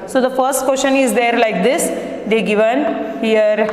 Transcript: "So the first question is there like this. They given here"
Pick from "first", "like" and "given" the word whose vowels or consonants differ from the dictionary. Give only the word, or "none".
none